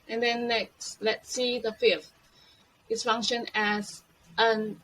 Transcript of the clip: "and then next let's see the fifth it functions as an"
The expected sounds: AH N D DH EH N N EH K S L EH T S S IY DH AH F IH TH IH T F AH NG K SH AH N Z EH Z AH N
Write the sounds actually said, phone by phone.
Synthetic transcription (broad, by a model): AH N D EH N N EH K S L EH T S S IY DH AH F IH F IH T F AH NG K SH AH N EH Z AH N